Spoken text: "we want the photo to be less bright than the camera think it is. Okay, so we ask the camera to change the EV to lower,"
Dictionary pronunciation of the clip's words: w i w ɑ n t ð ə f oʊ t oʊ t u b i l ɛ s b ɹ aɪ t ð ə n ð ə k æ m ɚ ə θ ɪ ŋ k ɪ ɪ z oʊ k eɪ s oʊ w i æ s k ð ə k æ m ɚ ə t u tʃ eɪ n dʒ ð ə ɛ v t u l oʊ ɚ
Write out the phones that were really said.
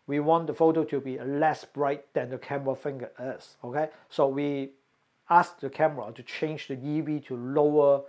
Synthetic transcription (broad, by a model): w i w ɑ n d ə f oʊ t oʊ t u b i l ɛ s b ɹ aɪ t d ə n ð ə k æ m ɚ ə f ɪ ŋ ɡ ɪ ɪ s oʊ k eɪ s oʊ w i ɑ s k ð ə k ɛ m ɚ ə t u tʃ eɪ n dʒ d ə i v t u l oʊ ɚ